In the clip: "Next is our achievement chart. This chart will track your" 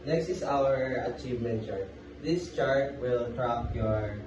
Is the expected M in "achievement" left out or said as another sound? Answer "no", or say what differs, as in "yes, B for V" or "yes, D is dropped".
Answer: no